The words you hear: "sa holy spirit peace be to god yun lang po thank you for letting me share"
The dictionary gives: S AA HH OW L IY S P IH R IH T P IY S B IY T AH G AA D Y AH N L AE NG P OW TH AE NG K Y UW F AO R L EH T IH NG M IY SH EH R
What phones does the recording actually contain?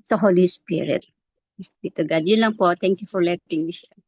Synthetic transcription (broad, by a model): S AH HH OW L IY S P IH R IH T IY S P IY T AH G AA D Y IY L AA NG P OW T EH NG K Y UW F AO R L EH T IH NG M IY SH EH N